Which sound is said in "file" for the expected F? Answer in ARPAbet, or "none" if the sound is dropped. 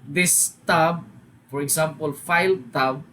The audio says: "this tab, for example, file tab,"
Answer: F